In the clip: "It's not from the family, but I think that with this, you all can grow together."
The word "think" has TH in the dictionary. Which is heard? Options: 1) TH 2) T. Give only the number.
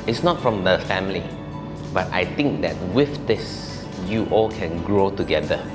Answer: 2